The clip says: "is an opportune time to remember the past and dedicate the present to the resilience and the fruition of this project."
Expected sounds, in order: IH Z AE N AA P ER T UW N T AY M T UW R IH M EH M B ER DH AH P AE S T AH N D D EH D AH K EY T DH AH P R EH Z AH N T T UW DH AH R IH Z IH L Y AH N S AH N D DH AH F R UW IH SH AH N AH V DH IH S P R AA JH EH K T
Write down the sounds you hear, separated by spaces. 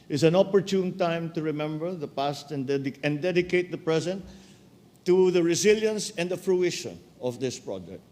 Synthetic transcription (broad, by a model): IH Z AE N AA P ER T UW N T AY M T UW R IH M EH M B ER DH AH P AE S T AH N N D EH D AH K EY T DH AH P R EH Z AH N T T UW DH AH R IH Z IH L Y AH N S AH N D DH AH F R UW IH SH AH N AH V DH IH S P R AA JH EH K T